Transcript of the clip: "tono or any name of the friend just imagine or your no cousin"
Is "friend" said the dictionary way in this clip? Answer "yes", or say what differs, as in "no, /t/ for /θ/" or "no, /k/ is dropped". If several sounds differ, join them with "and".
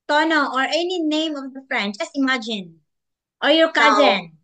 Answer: yes